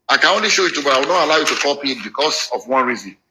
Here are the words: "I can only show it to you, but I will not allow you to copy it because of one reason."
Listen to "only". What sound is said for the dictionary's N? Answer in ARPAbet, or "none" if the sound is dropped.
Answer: N